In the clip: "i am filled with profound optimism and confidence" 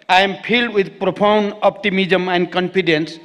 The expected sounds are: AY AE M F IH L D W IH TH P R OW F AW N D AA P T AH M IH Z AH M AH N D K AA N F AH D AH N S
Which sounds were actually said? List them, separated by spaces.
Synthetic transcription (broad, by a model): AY M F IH L D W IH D P R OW P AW N D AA P T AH M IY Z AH M AH N D K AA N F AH D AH N S